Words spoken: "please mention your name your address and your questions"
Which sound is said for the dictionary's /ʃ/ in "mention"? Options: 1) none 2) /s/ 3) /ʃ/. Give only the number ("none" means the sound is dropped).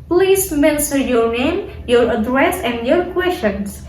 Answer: 2